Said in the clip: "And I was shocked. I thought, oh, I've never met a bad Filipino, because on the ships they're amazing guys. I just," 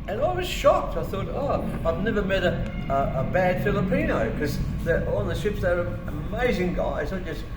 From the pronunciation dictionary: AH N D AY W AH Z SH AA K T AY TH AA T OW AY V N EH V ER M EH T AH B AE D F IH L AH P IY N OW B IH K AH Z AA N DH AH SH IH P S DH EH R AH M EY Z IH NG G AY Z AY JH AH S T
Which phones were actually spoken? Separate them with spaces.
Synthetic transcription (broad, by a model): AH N AY W AH Z SH AA K T AY TH AA T OW AY V N EH V ER M EH T AH B AE D F IH L AH P IY N OW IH K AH Z AA N DH AH SH IH P S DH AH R AH M EY Z IH NG G AY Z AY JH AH S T